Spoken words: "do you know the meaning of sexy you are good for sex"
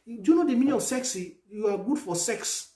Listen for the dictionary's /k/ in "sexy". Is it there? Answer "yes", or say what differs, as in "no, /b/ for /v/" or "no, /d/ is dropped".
yes